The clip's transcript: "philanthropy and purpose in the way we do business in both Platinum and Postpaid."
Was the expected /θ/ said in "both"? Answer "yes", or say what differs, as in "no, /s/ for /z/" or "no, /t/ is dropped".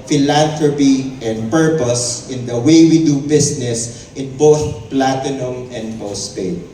yes